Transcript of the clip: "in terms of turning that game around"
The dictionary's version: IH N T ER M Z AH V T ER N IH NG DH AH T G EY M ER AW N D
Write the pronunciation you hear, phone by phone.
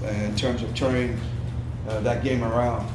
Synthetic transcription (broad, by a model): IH N T ER M Z AH V T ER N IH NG DH AH T G EY M ER AW N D